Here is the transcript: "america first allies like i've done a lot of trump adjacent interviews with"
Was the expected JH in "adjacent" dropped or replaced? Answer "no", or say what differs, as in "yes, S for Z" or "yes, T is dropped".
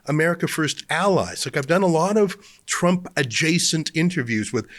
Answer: no